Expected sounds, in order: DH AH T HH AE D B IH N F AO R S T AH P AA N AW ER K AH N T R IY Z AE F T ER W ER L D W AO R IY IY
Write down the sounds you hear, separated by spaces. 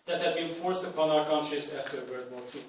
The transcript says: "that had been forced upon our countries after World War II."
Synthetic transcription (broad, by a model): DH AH T HH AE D B IH N F AO R S T AH P AA N AW ER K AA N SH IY S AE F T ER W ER D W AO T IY